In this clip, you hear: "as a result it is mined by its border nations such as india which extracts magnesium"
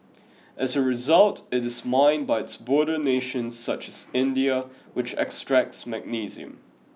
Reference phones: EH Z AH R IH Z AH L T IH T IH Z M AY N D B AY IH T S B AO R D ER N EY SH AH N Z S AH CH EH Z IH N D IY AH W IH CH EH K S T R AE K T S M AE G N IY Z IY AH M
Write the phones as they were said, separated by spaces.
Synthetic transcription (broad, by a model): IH Z AH R IH Z AH L T IH T IH Z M AY N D B AY IH T S B AO R D ER N EY SH AH N Z S AH CH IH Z IH N D IY AH W IH CH EH K S T R AE K T S M AE G N IY Z IY AH M